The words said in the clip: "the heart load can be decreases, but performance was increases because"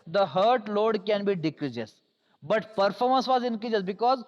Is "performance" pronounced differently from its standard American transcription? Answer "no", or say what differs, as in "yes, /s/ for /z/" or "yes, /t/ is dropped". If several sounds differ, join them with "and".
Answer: no